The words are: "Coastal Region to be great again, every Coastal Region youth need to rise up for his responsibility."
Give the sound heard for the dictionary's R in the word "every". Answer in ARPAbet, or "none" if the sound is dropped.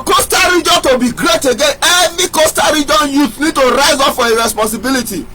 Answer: none